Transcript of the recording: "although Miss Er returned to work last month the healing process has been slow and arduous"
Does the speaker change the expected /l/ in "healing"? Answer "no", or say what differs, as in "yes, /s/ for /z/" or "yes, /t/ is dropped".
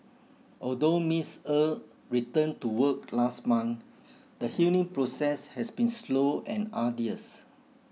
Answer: yes, /n/ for /l/